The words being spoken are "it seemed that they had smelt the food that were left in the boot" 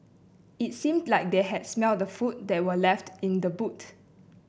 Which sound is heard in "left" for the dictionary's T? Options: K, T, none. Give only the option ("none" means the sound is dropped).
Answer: T